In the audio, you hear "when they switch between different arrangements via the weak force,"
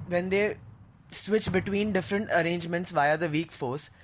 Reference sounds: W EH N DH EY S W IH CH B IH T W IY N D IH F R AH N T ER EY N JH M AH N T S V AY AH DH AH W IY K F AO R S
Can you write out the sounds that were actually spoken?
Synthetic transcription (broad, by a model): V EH N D EY S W IH CH B IH T W IY N D IH F R AH N T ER EY N JH M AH N T S V AY AH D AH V IY K F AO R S